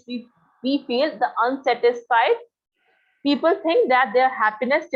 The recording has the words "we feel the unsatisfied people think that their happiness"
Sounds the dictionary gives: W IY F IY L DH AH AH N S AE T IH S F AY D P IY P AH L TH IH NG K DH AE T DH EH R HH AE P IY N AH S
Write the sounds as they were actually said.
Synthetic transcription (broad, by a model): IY IY F IY L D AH AH N S AE T IH S F AY D P IY P AH L T IH NG K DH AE T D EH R HH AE P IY N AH S